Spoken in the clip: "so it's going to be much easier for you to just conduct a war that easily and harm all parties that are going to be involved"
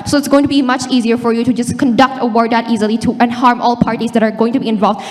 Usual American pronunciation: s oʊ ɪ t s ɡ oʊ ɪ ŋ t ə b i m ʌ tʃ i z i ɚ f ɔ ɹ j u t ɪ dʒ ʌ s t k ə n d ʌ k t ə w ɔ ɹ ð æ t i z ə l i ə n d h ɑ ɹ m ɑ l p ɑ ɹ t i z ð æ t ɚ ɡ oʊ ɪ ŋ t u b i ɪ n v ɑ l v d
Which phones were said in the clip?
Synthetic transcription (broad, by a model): s oʊ ɪ t s ɡ oʊ ɪ ŋ t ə b i m ʌ tʃ i z i ɚ f ɔ ɹ j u t ɪ dʒ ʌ s k ə n d ʌ k t ə w ɔ ɹ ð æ t i z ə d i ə n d h ɑ ɹ m ɑ l p ɑ ɹ t i z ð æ t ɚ ɡ oʊ ɪ ŋ t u b i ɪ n v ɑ l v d